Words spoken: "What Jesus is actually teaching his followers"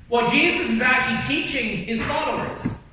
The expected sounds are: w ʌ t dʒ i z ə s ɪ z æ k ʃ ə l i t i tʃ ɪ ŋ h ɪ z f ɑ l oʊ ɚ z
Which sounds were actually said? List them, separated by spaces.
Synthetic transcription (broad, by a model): w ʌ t dʒ i z ə s ɪ z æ k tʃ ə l i t i tʃ ɪ ŋ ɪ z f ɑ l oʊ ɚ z